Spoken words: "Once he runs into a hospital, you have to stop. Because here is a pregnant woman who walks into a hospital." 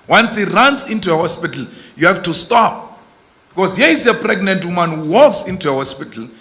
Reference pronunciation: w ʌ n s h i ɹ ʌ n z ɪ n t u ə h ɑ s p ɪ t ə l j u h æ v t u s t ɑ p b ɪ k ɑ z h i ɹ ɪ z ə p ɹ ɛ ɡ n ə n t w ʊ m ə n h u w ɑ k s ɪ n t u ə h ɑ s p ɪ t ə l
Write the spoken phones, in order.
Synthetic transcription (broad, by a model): w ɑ n s h i ɹ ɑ n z ɪ n t u ə h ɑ s p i t l j u h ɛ f t u s t ɑ p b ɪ k ɑ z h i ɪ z ə p ɹ ɛ ɡ n ə n t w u m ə n h u w ɑ k s ɪ n t u ə h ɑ s p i t l